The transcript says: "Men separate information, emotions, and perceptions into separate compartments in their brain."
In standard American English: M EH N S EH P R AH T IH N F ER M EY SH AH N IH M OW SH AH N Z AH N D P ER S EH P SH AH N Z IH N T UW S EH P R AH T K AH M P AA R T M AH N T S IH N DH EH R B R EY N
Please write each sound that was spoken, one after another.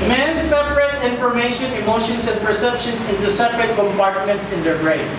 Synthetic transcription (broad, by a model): M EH N S EH P R AH T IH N F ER M EY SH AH N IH M OW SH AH N S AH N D P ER S EH P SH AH N S IH N T UW S EH P R AH T K AH M P AA R T M AH N T S IH N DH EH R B R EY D